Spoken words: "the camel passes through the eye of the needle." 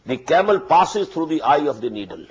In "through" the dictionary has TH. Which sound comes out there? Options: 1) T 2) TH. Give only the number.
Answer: 1